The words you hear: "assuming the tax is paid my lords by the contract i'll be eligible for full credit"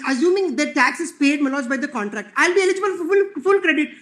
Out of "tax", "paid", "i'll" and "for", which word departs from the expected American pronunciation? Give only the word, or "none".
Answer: for